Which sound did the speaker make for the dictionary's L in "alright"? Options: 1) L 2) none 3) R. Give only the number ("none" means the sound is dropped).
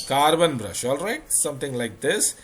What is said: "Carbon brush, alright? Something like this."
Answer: 1